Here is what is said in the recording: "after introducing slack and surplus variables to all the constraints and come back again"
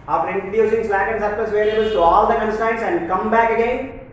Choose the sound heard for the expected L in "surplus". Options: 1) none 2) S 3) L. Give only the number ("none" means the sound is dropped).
1